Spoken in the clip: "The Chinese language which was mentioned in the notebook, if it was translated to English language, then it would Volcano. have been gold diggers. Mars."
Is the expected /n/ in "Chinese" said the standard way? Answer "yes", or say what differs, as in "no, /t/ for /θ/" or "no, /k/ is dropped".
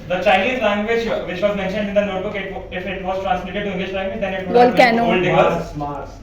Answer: no, /l/ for /n/